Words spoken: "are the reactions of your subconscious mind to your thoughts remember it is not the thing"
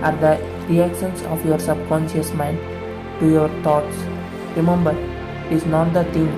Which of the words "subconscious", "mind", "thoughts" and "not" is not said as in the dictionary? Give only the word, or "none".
thoughts